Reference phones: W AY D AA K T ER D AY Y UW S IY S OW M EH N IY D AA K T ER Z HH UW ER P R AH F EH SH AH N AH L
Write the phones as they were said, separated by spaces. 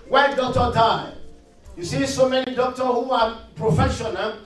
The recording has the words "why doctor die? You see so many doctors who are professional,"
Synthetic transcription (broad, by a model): W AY D AA K T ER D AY Y UW S IY S OW M EH N IY D AA K T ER HH UW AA P R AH F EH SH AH N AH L